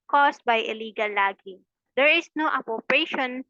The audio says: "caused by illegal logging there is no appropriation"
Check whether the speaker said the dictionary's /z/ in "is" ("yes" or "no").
no